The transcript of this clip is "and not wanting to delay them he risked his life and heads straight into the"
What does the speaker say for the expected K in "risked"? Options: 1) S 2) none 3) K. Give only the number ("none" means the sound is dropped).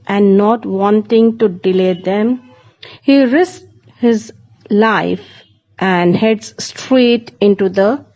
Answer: 2